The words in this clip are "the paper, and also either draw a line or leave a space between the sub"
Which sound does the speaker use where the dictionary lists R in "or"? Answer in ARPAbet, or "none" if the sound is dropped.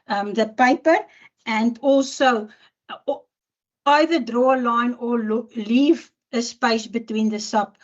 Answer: L